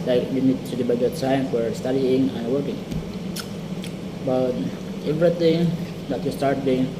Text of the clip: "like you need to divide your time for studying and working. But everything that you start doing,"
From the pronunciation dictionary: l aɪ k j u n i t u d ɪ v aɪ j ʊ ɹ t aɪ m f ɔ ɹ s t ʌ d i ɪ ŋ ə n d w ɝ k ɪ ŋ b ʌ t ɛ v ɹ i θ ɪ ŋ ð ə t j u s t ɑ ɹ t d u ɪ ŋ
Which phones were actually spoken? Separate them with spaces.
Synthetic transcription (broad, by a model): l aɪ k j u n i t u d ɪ b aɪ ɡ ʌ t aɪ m f ɔ ɹ s t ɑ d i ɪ ŋ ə n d w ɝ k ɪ ŋ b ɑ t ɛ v ɹ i t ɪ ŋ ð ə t j u s t ɑ ɹ t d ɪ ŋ